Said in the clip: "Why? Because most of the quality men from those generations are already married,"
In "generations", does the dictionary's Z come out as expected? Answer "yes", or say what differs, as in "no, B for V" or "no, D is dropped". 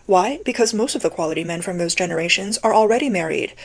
yes